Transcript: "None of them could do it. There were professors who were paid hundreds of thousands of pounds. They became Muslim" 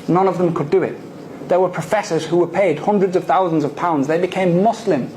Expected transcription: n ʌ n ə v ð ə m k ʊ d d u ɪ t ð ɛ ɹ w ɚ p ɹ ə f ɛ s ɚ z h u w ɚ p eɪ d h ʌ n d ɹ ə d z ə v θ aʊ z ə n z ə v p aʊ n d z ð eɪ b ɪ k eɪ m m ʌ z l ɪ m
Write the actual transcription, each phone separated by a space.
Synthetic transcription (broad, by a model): n ʌ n ə v ð ə m k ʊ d d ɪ ɪ t ð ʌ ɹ w ɚ p ɹ ə f ɛ s ɚ z h u w ɚ p eɪ d h ʌ n d ɹ ə d z ə v θ aʊ z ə n z ə v p aʊ n d z ð eɪ b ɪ k eɪ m m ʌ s l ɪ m